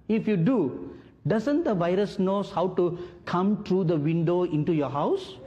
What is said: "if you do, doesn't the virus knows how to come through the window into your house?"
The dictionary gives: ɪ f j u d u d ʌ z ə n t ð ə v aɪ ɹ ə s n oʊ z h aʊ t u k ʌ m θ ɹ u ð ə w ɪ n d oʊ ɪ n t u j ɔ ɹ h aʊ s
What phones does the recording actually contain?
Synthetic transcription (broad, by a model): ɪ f j u d u d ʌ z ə n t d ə v aɪ ɹ ə s n oʊ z h aʊ t u k ʌ m t ɹ u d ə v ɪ n d oʊ ɪ n t u j ɔ ɹ h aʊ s